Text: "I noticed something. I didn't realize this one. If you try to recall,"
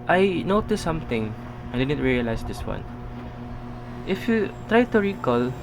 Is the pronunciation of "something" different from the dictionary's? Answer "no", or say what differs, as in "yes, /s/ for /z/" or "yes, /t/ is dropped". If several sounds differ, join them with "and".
yes, /t/ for /θ/